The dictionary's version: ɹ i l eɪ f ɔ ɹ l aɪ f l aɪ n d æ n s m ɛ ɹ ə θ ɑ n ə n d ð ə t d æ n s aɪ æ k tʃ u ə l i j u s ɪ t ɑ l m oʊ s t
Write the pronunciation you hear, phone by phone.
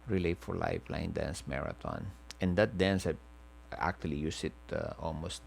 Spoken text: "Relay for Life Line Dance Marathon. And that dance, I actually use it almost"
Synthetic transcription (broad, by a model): ɹ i l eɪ f ɔ ɹ l aɪ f l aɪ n d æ n s m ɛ ɹ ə t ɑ n ə n d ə t d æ n s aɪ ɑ k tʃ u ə l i j u s ɪ t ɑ l m oʊ s t